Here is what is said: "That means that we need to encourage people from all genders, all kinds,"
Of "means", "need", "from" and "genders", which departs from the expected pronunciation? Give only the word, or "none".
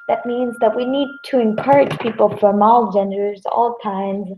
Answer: none